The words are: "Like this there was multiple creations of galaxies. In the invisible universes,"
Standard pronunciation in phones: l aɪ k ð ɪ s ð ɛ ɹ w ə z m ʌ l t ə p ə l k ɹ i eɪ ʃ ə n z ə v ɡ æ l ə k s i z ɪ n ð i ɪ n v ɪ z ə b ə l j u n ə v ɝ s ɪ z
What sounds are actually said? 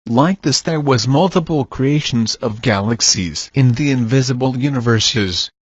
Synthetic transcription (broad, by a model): l aɪ k ð ɪ s ð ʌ ɹ w ə z m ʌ l t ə p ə l k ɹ i eɪ ʃ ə n z ə v ɡ æ l ə k s i z ɪ n ð i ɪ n v ɪ z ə b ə l j u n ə v ɝ s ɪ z